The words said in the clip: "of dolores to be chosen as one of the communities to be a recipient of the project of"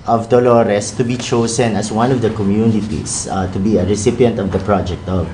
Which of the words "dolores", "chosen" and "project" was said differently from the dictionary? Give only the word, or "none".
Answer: chosen